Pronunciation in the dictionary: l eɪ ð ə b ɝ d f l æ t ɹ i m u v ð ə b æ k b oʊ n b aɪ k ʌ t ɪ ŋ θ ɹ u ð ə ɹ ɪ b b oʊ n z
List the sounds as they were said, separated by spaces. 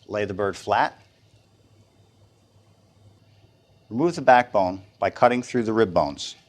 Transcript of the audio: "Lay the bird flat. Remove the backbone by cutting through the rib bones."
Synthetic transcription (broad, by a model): l eɪ ð ə b ɝ d f l æ t ɹ i m u v ð ə b æ k b oʊ n b aɪ k ʌ t ɪ ŋ θ ɹ u ð ə ɹ ɪ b b oʊ n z